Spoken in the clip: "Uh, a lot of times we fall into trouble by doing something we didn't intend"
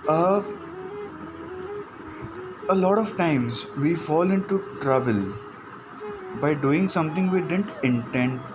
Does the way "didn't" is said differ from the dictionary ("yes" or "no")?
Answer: no